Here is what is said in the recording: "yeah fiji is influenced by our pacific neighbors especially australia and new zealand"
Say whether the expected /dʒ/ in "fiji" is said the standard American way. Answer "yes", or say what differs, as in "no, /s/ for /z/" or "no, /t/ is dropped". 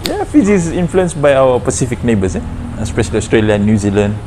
no, /z/ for /dʒ/